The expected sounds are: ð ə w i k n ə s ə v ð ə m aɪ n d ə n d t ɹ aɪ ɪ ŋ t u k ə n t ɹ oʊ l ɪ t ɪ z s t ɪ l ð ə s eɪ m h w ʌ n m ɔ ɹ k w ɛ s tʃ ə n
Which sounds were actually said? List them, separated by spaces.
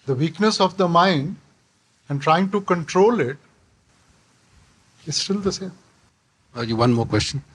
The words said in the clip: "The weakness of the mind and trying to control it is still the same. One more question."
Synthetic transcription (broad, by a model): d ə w i k n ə s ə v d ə m aɪ n d ə n d t ɹ aɪ ɪ ŋ t u k ə n t ɹ oʊ l ɪ t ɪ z s t ɪ l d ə s eɪ m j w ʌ n m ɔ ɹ k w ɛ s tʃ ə n